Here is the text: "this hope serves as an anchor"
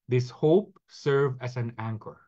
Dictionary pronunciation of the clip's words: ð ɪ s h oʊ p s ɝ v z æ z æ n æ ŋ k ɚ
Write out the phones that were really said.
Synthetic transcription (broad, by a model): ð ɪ s h oʊ p s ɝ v æ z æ n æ ŋ k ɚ